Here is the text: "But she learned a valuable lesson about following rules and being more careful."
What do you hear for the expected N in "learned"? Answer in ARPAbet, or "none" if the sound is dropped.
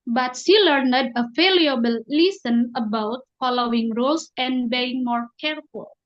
N